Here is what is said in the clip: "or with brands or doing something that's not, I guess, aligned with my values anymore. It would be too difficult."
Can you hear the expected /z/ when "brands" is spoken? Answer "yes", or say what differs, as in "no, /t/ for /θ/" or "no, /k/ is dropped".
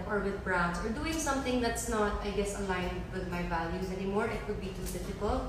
no, /s/ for /z/